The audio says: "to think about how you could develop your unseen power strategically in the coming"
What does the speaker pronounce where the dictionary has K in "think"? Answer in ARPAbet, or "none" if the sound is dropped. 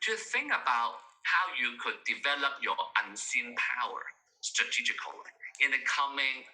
K